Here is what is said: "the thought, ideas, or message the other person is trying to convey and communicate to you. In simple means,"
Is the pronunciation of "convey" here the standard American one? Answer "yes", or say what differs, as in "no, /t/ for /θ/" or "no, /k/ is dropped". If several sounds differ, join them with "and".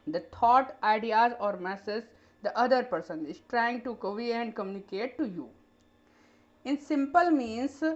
no, /n/ is dropped